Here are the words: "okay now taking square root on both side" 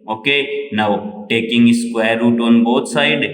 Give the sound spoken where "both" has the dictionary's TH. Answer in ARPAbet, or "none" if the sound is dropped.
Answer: T